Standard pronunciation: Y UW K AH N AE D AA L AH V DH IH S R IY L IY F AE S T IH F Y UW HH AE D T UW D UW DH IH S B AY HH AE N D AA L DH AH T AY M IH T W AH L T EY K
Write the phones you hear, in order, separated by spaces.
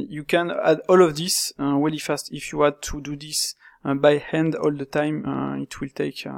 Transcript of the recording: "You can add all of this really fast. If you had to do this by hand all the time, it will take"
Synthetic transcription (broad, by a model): Y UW K AH N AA D AA L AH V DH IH S W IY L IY F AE S T IH F Y UW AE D T UW D UW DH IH S B AY HH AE N D AA L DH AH T AY M IH T W AH L T EY K